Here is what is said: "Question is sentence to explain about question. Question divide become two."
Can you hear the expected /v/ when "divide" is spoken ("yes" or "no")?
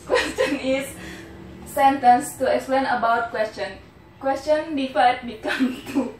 no